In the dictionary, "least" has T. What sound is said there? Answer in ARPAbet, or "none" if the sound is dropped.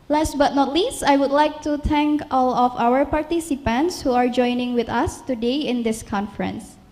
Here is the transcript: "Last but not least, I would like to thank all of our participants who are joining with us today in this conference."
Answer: T